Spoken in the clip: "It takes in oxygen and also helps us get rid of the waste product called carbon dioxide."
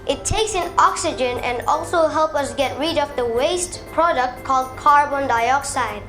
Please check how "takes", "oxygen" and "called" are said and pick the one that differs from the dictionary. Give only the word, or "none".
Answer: none